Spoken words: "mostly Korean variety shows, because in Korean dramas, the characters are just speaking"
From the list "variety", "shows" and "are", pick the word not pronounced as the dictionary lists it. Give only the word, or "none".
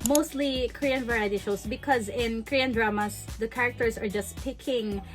shows